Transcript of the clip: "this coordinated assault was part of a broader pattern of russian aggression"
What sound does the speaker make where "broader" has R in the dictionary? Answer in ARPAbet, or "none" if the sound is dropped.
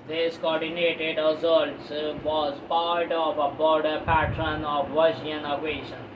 none